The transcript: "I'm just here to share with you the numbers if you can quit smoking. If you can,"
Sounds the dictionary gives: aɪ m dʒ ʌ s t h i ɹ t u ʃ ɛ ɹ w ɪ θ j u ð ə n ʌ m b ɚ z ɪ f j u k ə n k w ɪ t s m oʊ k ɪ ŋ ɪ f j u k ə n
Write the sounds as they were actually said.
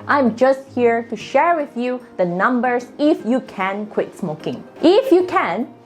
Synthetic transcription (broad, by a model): aɪ m dʒ ʌ s t h i ɹ t u ʃ ɛ ɹ w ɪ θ j u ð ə n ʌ m b ɚ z ɪ f j u k ə n k w ɪ t s m oʊ k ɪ ŋ ɪ f j u k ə n